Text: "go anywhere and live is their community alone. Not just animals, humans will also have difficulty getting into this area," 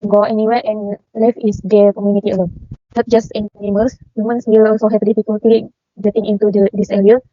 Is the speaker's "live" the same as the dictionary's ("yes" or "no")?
no